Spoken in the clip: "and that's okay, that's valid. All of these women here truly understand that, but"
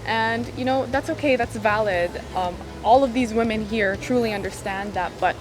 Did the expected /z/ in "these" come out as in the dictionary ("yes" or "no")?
yes